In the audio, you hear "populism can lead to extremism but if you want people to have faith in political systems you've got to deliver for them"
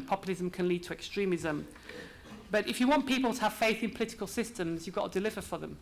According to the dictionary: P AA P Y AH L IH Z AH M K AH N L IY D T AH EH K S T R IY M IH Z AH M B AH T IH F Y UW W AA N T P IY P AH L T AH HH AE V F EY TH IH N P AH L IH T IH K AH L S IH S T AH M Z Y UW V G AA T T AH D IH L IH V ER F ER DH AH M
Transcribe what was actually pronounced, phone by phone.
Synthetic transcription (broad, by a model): P AA P Y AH L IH Z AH M K AH N L IY D T AH EH K S T R IY M IH Z AH M B AH T IH F Y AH W AA N P IY P AH L T AH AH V F EY TH IH N P AH L IH T IH K AH L S IH S T AH M Z Y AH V G AA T T AH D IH L IH V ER F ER DH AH M